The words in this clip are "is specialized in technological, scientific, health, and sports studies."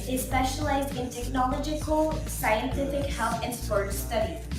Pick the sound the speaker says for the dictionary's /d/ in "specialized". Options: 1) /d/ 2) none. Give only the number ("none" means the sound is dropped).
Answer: 1